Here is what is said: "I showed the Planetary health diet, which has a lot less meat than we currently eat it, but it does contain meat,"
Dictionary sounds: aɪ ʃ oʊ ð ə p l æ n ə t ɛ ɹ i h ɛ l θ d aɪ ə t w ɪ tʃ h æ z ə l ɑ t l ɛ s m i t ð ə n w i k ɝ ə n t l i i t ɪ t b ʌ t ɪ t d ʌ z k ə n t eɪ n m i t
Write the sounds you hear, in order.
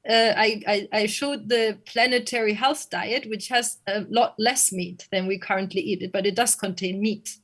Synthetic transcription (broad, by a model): aɪ ʃ oʊ ð ə p l æ n ə t ɛ ɹ i h ɛ l θ d aɪ ə t w ɪ tʃ h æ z ə l ɑ t l ɛ s m i t ð ə n w i k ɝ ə n t l i i t ɪ t b ʌ t ɪ t d ʌ z k ə n t eɪ n m i t